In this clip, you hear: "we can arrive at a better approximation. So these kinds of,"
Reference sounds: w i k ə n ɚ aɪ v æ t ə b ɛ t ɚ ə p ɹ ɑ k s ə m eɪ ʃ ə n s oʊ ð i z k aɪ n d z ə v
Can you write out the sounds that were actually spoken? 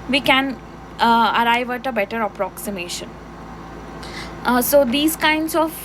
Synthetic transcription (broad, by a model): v i k ə n ɚ aɪ v æ t ə b ɛ t ɚ ə p ɹ ɑ k s ə m eɪ ʃ ə n s oʊ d i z k aɪ n d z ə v